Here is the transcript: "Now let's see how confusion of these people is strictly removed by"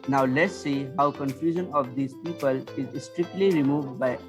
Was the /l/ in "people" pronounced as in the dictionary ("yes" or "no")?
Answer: yes